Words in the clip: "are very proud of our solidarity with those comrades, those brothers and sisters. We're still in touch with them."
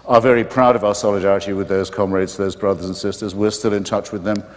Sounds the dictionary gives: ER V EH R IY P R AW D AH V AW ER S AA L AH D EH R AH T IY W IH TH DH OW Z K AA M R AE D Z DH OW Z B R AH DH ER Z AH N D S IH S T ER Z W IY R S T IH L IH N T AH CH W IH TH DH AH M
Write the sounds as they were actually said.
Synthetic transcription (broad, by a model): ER V EH R IY P R AW D AH V AW ER S AA L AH D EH R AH T IY W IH DH OW Z K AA M R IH D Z DH OW Z B R AH DH ER Z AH N S IH S T ER Z W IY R S T IH L IH N T AH CH W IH DH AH M